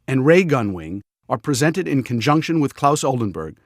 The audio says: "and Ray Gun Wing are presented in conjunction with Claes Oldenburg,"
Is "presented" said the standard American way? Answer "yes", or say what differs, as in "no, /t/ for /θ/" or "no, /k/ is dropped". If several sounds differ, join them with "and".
yes